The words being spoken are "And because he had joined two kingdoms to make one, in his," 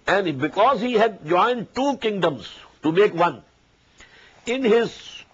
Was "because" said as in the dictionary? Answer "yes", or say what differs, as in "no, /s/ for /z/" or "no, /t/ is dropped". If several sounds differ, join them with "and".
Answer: yes